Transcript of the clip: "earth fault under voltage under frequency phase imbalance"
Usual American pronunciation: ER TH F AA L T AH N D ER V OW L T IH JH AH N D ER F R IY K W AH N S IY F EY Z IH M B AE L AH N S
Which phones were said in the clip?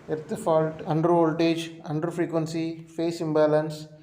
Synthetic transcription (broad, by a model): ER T F AA L T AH N D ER V OW L T IH JH AH N D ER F R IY K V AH N S IY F EY S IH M B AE L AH N S